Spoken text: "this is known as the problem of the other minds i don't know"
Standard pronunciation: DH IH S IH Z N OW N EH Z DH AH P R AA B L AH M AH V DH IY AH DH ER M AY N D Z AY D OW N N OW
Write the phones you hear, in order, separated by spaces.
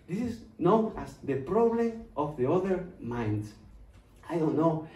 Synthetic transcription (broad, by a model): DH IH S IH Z N OW N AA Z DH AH P R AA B L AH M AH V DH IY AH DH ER M AY N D AY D OW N N OW